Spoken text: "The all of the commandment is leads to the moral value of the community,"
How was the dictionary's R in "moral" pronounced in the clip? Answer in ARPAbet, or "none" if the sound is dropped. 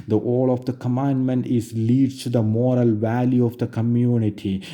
R